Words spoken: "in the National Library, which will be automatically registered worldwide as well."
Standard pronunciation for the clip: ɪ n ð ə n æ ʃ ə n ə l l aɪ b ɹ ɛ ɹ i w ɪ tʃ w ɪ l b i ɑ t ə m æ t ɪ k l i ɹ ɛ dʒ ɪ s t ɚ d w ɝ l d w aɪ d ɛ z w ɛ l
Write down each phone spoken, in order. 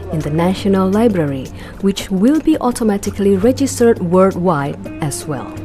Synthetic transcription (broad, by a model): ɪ n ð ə n æ ʃ ə n ə l l aɪ b ɹ ɛ ɹ i w ɪ tʃ w ɪ l b i ɑ t ə m æ t ɪ k l i ɹ ɛ dʒ ɪ s t ɚ d w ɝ d w aɪ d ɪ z w ɛ l